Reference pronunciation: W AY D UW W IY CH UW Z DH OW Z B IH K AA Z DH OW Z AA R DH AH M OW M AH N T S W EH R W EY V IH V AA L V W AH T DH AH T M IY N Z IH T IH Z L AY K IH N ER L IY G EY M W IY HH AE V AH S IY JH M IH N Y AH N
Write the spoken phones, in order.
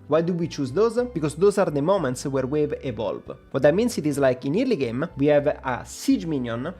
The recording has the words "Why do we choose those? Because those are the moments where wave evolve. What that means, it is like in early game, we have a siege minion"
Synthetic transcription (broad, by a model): W AY D UW W IY CH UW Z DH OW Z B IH K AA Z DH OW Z AA R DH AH M OW M AH N T S W EH R W EY V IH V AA L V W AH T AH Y M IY N S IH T IH Z L AY K IH N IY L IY G EY M W IY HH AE V AH S IY JH M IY N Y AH N